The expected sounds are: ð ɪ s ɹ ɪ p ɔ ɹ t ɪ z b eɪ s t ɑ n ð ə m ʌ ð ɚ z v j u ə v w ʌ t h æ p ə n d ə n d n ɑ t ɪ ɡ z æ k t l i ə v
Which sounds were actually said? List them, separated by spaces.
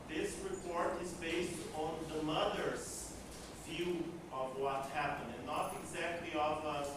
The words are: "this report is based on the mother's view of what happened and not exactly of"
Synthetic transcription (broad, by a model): ð ɪ s ɹ ɪ p ɔ ɹ t ɪ z b eɪ s t n ð ə m ʌ ð ɚ z v j u ə v w ʌ t h æ p ə n d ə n n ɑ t ɪ ɡ z æ k t l i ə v